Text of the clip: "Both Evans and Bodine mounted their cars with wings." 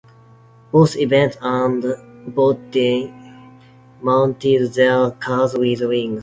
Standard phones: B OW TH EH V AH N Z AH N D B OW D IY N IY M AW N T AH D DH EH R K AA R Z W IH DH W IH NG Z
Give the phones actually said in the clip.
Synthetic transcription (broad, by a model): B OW S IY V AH N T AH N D B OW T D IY M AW N T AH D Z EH L K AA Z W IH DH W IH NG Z